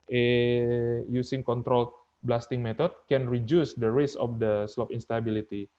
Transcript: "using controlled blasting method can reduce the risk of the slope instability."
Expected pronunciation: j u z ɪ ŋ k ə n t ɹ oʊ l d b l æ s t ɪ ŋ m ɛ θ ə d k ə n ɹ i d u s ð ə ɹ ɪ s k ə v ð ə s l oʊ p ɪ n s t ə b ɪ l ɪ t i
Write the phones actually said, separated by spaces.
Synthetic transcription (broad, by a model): j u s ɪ ŋ k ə n t ɹ oʊ l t b l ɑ s t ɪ ŋ m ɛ t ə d k ə n ɹ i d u s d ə ɹ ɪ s ə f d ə s l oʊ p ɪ n s t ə b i l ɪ t i